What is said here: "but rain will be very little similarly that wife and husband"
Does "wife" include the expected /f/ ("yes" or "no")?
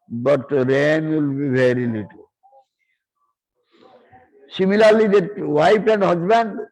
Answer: no